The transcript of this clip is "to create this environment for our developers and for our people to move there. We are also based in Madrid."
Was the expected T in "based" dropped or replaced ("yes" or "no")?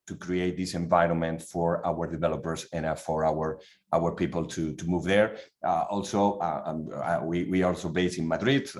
yes